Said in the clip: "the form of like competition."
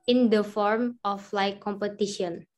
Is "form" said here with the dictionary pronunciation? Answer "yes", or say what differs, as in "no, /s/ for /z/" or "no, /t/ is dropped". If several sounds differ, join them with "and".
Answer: yes